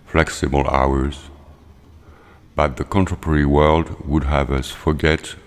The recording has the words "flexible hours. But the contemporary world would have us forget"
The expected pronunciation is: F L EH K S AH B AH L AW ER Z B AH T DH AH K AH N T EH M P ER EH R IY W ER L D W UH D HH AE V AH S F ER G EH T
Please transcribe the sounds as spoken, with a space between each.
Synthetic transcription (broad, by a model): F L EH K S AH B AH L AW ER Z B AH T DH AH K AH N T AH P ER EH R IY W ER L D W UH D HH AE V AH S F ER G EH T